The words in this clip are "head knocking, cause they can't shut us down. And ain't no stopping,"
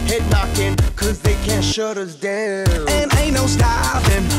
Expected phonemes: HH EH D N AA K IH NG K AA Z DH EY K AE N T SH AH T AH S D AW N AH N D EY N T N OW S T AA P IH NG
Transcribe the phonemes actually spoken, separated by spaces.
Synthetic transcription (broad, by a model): HH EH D N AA K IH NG K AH Z DH EY K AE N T SH AH T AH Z D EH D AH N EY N N OW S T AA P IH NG